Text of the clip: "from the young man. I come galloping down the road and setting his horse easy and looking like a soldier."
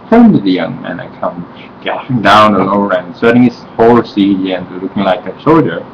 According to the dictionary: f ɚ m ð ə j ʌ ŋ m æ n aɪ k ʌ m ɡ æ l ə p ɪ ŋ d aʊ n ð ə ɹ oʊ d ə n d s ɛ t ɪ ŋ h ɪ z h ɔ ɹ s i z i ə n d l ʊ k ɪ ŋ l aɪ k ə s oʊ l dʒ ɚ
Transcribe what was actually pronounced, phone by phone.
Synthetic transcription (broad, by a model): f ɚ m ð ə j ʌ ŋ m æ n aɪ k ʌ m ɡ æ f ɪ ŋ d aʊ n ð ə l oʊ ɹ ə n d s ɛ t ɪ ŋ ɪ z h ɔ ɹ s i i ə n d l ʊ k ɪ ŋ l aɪ k ə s oʊ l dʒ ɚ